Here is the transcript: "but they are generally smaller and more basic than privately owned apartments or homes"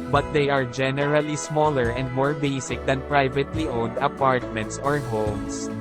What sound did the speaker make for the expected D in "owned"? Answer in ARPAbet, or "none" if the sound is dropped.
D